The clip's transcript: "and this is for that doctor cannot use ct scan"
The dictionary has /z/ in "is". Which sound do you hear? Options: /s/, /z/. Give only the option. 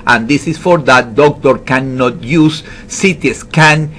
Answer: /s/